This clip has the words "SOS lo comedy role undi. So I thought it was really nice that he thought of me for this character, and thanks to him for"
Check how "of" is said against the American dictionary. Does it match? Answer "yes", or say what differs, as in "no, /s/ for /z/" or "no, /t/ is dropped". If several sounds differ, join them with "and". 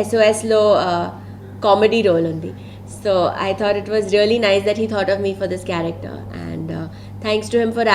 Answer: yes